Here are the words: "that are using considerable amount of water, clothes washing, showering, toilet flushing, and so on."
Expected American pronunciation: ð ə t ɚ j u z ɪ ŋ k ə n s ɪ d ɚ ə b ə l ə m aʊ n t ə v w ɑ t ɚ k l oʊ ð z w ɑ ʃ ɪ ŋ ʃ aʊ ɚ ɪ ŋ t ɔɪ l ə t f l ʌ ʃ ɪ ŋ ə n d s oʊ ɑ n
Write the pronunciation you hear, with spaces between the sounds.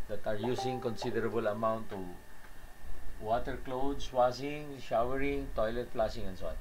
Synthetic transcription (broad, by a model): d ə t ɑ j u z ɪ ŋ k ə n s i d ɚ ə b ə l ə m aʊ n t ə w ɑ t ɚ k l oʊ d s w ɑ s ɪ ŋ ʃ aʊ ɚ ɪ ŋ t ɔɪ l ə t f l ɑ s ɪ ŋ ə n s oʊ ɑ n